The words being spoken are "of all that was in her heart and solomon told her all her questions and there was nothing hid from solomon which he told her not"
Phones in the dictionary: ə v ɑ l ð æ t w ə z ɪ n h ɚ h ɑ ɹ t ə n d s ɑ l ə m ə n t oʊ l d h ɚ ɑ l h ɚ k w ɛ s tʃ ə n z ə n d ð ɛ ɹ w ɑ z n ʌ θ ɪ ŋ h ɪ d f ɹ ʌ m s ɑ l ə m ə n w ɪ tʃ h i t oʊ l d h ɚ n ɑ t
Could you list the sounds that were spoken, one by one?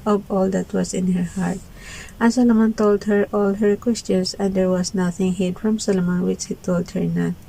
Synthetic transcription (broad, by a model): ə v ɑ l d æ t w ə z ɪ n h ɚ h ɑ ɹ t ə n s ɑ l ə m ə n t oʊ l d h ɚ ɑ l h ɚ k w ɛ s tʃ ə n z ə n d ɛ ɹ w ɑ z n ʌ θ ɪ ŋ h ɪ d f ɹ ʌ m s ɑ l ə m ə n w ɪ tʃ h i t oʊ l d h ɚ n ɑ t